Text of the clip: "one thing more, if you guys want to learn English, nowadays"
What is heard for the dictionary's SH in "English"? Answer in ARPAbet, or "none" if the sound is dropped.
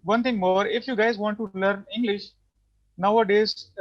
SH